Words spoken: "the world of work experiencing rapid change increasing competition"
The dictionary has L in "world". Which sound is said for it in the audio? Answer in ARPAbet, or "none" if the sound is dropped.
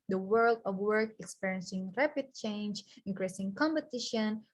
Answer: L